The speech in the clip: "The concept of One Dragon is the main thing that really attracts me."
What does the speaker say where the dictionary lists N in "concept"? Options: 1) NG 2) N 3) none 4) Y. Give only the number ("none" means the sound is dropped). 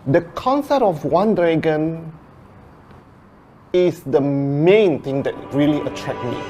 2